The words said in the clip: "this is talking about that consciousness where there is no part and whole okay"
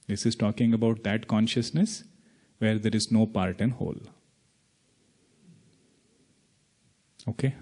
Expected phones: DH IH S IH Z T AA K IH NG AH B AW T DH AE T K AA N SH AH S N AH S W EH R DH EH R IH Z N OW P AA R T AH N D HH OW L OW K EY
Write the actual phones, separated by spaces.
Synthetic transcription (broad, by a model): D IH S IH Z T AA K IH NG AH B AW T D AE T K AA N SH AH S N AH S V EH R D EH R IH Z N OW P AA R T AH N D HH OW L OW K EY